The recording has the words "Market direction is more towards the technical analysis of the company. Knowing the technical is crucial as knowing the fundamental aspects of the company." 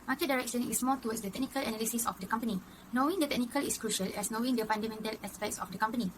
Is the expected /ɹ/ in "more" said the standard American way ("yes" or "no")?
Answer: no